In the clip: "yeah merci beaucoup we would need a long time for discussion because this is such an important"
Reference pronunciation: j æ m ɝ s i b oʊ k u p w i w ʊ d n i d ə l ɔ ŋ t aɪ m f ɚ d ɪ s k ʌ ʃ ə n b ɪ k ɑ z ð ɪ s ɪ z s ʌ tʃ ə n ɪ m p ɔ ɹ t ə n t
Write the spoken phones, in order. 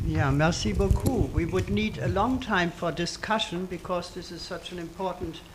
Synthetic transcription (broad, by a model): j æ m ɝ s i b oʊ k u w i w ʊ d n i d ə l ɔ ŋ t aɪ m f ɚ d ɪ s k ʌ ʃ ə n b ɪ k ɑ z ð ɪ s ɪ z s ʌ tʃ ə n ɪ m p ɔ ɹ t n t